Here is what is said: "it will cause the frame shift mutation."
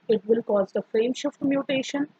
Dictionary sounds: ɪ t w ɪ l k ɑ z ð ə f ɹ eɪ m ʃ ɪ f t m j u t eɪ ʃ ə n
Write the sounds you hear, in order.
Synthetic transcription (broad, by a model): ɪ t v ɪ l k ɑ z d ə f ɹ eɪ m ʃ ɪ f t m j u t eɪ ʃ ə n